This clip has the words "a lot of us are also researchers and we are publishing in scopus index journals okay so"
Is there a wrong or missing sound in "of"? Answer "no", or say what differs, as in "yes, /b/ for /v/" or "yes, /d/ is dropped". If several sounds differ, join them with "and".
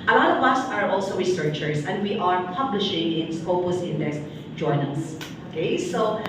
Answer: yes, /w/ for /v/